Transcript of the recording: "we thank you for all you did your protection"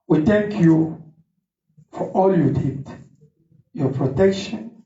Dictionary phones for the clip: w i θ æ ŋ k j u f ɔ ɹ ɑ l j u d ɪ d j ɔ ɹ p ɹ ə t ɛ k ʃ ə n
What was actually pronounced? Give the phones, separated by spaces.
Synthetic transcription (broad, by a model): w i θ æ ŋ k j u f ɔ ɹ ɑ l j u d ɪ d j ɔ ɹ p ɹ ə t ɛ k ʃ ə n